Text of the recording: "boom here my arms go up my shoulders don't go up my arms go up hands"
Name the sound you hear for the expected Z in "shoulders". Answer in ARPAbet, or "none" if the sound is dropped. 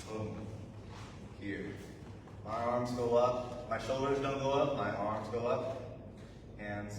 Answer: Z